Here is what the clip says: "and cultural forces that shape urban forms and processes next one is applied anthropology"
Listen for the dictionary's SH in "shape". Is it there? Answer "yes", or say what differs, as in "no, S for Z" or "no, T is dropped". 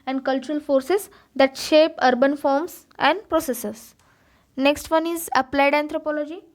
yes